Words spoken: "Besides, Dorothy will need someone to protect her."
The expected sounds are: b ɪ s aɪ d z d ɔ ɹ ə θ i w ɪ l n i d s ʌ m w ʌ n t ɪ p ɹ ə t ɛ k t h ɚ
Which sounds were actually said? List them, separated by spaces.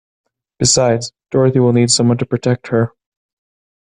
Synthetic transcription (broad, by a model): b ɪ s aɪ d z d ɔ ɹ ə θ i w ɪ l n i d s ʌ m w ʌ n t ɪ p ɹ ə t ɛ k t h ɚ